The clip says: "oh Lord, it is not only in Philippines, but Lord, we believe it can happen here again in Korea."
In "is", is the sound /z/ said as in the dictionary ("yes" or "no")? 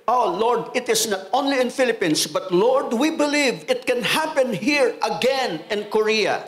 no